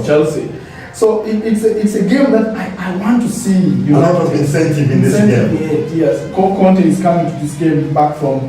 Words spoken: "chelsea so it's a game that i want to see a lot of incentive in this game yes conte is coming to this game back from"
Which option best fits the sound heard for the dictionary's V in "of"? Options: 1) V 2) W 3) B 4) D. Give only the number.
3